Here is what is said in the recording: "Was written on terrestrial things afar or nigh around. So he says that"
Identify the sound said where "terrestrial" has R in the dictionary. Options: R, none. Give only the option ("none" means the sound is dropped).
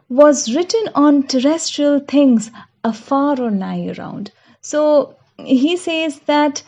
R